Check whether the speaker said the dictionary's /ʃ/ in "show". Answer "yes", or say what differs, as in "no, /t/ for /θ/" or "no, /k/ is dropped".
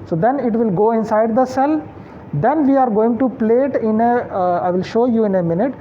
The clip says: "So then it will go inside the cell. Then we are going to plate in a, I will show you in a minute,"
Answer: yes